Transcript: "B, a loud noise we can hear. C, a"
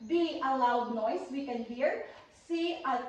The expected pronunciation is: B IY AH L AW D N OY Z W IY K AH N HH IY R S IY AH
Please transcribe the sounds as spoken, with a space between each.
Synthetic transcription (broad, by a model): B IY AH L AW D N OY S W IY K AH N HH IY R S IY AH